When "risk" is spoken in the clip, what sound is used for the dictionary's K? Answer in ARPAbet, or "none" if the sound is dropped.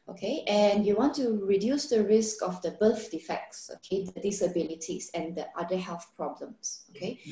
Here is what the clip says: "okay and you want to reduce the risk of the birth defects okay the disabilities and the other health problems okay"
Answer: K